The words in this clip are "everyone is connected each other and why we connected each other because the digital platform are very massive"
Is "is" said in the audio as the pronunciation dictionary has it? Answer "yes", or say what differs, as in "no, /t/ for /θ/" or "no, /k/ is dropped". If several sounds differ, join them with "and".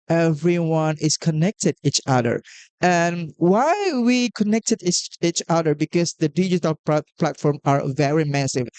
no, /s/ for /z/